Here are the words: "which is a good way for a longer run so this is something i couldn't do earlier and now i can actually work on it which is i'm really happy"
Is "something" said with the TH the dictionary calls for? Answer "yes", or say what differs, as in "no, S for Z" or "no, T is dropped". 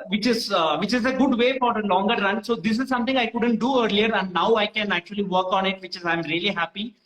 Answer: no, T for TH